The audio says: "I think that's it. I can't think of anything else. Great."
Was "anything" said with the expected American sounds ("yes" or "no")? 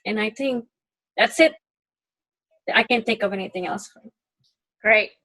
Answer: yes